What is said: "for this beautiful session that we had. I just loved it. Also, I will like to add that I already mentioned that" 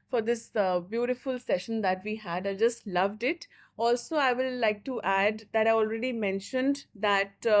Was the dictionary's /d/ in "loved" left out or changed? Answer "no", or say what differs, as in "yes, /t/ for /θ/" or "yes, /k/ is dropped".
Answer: no